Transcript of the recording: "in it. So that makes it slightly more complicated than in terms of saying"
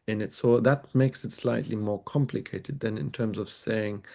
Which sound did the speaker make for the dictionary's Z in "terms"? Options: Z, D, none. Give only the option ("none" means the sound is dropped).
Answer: Z